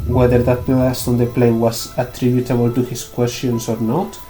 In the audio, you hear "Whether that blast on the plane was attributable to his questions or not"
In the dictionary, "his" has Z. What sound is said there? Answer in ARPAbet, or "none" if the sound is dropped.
S